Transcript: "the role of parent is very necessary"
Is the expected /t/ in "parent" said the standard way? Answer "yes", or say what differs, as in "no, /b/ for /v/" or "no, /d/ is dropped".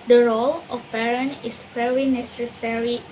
no, /t/ is dropped